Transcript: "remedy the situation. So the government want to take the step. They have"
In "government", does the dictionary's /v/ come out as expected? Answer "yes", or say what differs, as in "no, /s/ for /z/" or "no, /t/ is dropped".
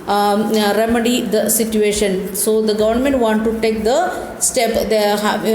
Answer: yes